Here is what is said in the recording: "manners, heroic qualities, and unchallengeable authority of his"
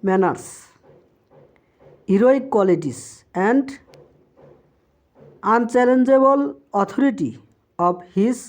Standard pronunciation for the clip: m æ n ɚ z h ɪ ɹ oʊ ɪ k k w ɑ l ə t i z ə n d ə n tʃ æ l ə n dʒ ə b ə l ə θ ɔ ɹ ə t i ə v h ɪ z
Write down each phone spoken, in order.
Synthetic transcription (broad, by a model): m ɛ n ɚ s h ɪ ɹ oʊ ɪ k k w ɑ l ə t i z ə n d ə n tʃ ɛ l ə n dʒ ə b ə l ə t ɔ ɹ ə t i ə b h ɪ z